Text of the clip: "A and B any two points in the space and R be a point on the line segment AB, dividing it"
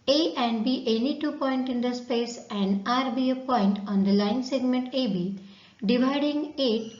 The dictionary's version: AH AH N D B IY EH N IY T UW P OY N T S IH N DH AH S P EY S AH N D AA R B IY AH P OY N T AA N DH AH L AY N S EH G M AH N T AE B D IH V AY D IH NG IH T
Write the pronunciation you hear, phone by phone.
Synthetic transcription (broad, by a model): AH AH N D B IY EH N IY T UW P OY N T IH N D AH S P EY S AH N D AA R B IY AH P OY N T AA N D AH L AY N S EH G M AH N T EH B D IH V AY D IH NG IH T